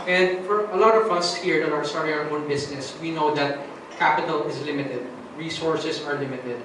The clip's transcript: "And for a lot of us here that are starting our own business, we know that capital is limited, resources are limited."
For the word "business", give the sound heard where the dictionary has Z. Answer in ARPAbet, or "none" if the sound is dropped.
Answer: S